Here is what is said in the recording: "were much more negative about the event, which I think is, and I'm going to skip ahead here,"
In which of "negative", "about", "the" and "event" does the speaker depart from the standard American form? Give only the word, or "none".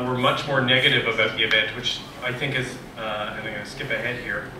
event